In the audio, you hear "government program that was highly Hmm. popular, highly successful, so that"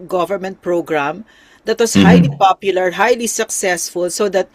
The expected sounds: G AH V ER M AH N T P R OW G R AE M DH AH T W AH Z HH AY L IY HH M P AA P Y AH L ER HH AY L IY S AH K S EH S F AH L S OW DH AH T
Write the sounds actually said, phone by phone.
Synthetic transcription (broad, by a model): G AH V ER M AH N T P R OW G R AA M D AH T W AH S HH AY L IY P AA P Y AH L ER HH AY L IY S AH K S EH S F AH L S OW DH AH T